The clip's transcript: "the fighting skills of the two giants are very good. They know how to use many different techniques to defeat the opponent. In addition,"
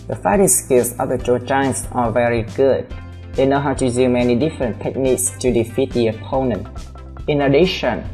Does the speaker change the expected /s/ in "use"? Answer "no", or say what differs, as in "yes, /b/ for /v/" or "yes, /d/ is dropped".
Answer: yes, /s/ is dropped